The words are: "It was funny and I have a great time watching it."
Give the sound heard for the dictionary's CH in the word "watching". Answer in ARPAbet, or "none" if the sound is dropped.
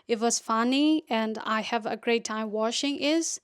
SH